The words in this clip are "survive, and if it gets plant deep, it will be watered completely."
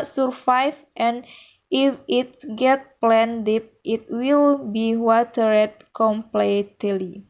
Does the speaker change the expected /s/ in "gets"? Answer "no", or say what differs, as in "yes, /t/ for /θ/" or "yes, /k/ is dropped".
yes, /s/ is dropped